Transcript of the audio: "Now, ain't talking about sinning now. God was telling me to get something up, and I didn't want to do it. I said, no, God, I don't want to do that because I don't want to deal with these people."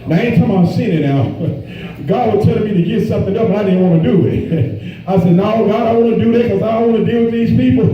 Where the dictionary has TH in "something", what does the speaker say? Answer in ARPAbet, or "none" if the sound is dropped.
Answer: TH